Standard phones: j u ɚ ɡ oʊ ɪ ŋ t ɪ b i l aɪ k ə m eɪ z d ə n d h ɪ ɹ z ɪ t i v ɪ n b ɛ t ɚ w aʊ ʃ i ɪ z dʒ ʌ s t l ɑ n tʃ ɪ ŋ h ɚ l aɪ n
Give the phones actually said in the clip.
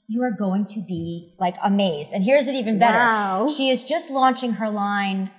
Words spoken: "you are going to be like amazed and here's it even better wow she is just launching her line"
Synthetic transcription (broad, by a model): j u ɚ ɡ oʊ ɪ ŋ t ɪ b i l aɪ k ə m eɪ z d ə n h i ɹ z ɪ t i v ɪ n b ɛ t ɚ ʃ i ɪ z dʒ ʌ s t l ɑ n tʃ ɪ ŋ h ɚ l aɪ n